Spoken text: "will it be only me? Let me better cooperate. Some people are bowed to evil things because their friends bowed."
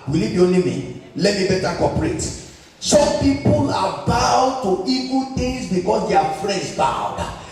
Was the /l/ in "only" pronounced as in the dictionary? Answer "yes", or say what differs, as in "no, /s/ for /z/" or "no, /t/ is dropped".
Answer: no, /l/ is dropped